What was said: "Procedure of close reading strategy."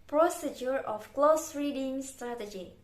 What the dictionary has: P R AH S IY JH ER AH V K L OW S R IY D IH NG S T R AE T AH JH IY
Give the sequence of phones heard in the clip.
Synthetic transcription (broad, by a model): P R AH S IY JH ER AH F K L OW S R IY D IH NG S T R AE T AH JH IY